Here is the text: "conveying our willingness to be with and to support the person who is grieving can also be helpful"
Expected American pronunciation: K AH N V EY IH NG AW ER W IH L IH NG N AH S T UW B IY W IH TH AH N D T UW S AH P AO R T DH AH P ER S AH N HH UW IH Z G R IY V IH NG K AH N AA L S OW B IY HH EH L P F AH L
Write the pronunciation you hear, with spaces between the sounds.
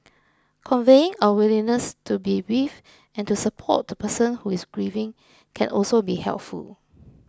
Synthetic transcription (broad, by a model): K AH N V EY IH NG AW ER W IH L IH N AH S T UW B IY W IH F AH N T UW S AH P AO T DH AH P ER S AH N HH UW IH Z G R IY V IH NG K AH N AA L S OW B IY HH EH L P F AH L